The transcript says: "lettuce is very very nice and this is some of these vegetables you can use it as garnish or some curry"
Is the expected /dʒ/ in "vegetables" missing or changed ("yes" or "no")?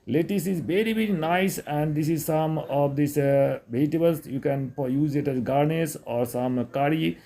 yes